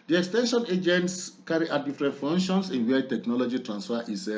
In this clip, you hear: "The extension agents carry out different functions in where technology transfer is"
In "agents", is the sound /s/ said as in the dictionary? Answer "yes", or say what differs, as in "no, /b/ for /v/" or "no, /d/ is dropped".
yes